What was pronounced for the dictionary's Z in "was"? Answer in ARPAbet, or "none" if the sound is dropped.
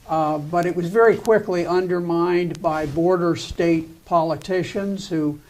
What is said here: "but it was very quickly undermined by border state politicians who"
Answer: Z